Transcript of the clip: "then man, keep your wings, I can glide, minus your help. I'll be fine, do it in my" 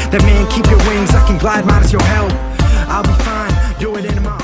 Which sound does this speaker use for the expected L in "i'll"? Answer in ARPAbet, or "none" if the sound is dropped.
L